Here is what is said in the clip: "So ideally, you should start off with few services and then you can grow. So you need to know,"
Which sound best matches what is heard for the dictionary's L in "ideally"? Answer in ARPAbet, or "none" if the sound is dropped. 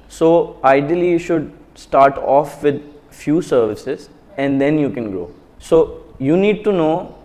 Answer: none